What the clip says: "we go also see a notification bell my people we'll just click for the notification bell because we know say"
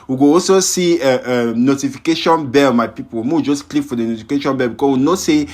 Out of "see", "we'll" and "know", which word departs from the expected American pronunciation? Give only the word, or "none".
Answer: we'll